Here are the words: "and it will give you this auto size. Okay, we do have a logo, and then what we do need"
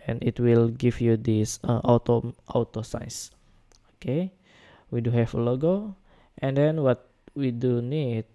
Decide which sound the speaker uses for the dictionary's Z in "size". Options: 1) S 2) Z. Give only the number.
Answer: 1